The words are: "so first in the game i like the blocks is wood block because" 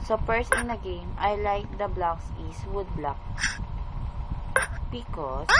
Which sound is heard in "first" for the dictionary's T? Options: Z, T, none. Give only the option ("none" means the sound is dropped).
none